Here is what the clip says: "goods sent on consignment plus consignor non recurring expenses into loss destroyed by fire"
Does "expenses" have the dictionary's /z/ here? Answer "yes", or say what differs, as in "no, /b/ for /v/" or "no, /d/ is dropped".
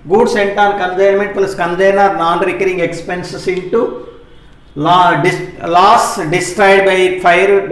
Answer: no, /s/ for /z/